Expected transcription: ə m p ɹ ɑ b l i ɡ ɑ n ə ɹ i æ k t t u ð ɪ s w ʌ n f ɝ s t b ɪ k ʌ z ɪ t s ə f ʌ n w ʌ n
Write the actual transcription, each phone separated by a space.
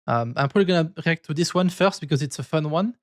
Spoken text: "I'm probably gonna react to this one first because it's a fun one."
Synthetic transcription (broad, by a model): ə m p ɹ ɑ l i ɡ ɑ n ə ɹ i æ k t t u ð ɪ s w ʌ n f ɝ s t b ɪ k ʌ z ɪ t s ə f ʌ n w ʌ n